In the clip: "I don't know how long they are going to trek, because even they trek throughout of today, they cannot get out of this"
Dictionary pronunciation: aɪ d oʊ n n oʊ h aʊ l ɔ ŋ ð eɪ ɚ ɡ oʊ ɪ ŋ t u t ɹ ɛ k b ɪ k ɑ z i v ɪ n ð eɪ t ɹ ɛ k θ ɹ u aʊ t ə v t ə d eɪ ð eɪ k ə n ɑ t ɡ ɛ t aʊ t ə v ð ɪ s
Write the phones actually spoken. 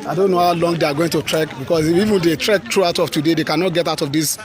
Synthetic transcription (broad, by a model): aɪ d oʊ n n oʊ h aʊ l ɔ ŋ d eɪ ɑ ɡ oʊ ɪ ŋ t u t ɹ ɛ k b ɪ k ɑ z i v ɪ n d eɪ t ɹ ɛ k t ɹ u aʊ t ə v t ə d eɪ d eɪ k ə n ɑ t ɡ ɛ t aʊ t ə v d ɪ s